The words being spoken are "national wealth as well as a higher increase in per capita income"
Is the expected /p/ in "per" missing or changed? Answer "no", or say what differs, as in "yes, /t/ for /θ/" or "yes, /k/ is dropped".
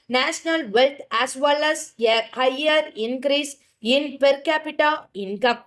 no